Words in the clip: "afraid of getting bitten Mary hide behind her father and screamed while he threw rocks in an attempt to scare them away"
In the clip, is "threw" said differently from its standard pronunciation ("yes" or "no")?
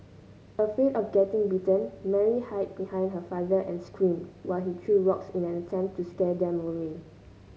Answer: yes